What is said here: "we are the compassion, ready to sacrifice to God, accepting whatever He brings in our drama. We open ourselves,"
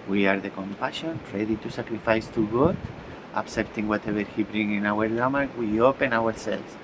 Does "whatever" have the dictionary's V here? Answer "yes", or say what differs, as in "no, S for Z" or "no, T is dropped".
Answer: no, B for V